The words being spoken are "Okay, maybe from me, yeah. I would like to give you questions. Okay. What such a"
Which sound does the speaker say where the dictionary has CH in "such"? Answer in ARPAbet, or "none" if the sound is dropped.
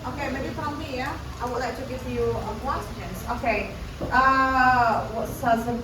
S